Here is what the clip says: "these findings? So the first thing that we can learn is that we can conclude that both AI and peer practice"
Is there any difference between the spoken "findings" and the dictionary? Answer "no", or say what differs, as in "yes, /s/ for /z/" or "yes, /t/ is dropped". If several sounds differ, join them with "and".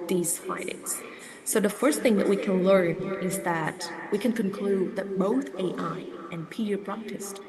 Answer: yes, /n/ is dropped